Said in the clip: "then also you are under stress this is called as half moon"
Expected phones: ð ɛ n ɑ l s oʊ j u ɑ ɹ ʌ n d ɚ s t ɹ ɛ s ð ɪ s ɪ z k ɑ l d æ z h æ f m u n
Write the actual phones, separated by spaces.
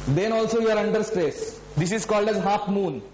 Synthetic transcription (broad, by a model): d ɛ n ɑ l s oʊ j u ɑ ɹ ʌ n d ɚ s t ɹ ɛ s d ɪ s ɪ z k ɑ l d æ z h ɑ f m u n